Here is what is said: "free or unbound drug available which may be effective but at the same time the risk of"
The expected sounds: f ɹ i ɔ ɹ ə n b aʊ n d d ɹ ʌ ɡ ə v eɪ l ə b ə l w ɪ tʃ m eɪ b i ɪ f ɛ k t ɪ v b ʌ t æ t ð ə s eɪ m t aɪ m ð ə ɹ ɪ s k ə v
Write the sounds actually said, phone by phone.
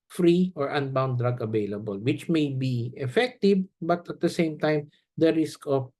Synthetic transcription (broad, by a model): f ɹ i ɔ ɹ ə n b aʊ n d d ɹ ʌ ɡ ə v eɪ l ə b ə l w ɪ tʃ m eɪ b i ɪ f ɛ k t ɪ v b ʌ t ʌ t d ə s eɪ m t aɪ m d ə ɹ ɪ s k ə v